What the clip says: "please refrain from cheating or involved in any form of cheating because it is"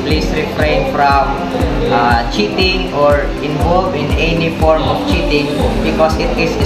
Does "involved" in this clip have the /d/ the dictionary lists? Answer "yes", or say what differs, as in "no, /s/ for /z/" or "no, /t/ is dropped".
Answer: no, /d/ is dropped